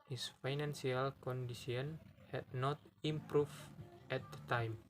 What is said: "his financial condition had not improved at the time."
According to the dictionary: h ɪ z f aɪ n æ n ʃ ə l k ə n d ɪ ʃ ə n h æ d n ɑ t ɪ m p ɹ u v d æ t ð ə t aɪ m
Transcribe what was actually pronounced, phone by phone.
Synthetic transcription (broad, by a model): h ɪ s f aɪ n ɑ n s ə l k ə n d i s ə n h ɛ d n ɑ t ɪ m p ɹ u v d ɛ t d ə t aɪ m